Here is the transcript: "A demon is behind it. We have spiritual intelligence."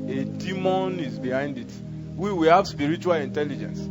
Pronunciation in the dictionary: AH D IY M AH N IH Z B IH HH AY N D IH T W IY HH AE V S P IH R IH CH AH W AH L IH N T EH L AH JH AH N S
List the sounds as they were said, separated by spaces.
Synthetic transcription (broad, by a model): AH D IY M AH N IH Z B IH HH AY N D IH T W IY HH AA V S P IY R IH CH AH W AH L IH N T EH L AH JH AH N S